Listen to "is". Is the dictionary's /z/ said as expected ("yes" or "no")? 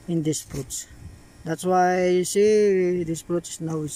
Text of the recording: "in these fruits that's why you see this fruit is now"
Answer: no